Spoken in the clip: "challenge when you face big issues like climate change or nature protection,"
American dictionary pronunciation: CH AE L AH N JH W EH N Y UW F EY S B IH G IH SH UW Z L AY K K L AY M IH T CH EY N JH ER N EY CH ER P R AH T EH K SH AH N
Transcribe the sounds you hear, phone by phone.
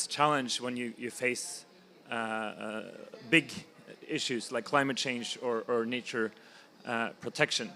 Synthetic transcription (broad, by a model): CH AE L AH N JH W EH N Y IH F EY S B IH G IH SH UW Z L AY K K L AY M IH T CH EY N JH ER N EY CH ER P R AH T EH K SH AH N